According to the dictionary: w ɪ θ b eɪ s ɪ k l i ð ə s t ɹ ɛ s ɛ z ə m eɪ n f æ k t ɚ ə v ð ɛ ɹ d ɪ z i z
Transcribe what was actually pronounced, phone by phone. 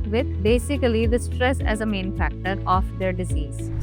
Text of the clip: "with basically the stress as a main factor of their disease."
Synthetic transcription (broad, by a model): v ɪ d b eɪ s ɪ k l i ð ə s t ɹ ɛ s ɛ z ə m eɪ n f æ k t ɚ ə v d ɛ ɹ d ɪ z i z